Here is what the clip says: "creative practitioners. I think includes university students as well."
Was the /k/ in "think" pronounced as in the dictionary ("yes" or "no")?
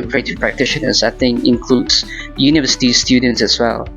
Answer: no